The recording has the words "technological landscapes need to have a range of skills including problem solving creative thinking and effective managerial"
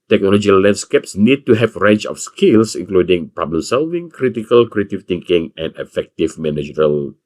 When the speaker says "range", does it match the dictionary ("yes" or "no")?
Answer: no